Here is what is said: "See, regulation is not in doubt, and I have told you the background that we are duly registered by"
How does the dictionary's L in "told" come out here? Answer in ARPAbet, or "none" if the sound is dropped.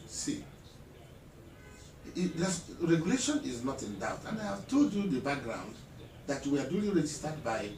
none